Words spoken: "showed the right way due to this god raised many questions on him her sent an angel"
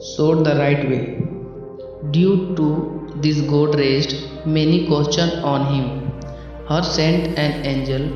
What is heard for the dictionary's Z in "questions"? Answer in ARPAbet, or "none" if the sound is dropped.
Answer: none